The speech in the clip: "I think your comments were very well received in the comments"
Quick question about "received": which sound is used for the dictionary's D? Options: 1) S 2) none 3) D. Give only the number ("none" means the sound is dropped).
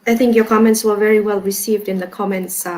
3